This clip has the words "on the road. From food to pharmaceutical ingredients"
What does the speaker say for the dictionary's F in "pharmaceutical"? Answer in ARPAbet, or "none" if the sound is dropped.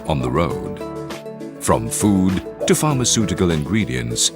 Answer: F